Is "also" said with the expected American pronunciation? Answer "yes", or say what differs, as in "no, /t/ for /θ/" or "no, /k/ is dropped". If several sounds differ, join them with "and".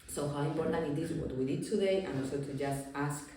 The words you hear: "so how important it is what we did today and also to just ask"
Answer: no, /l/ is dropped